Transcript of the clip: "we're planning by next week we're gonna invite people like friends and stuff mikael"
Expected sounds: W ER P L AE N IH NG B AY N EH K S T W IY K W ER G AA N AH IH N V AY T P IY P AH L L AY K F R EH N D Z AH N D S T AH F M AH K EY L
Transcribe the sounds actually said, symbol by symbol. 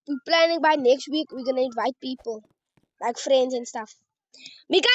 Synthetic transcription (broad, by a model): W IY P L AE N IH NG B AY N EH K S T W IY K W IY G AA N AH IH N V AY T P IY P AH L L AY K F R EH N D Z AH N S T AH F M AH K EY